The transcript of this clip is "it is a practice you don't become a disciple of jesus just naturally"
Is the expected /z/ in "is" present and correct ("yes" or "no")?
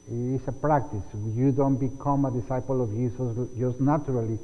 no